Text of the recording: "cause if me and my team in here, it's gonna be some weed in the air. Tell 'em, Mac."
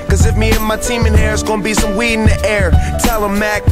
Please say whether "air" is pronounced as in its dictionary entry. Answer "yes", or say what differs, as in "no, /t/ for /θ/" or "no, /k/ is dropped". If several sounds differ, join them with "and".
yes